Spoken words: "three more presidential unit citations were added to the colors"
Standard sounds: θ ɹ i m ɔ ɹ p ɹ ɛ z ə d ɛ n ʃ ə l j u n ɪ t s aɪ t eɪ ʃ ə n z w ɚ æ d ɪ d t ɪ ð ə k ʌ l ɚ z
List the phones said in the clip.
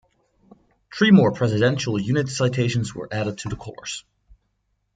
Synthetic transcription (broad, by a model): t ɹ i m ɔ ɹ p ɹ ɛ z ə d ɛ n ʃ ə l j u n ɪ t s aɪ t eɪ ʃ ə n z w ɚ æ d ɪ d t ɪ ð ə k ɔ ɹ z